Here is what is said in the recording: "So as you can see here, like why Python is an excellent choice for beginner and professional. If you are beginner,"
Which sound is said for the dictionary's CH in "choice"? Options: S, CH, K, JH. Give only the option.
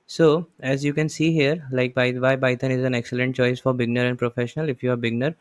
CH